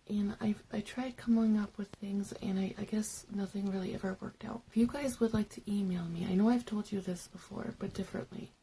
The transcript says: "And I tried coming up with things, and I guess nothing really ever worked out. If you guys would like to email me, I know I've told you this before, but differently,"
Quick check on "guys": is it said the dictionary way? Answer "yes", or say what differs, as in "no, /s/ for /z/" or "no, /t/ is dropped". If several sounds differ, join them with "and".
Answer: yes